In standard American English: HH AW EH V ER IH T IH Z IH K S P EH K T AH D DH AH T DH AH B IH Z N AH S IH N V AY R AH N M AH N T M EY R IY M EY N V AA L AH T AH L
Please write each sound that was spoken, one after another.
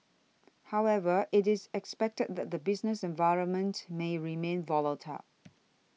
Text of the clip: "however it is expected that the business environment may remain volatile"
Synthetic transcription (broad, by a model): HH AW EH V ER IH T IH Z IH K S P EH K T AH D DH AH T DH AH B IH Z N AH S IH N V AY R AH N M AH N T M EY R IY M EY N V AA L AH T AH